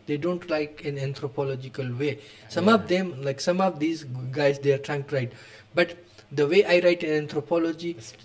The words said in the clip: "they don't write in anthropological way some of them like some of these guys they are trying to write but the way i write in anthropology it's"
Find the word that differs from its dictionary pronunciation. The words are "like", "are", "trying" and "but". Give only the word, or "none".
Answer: none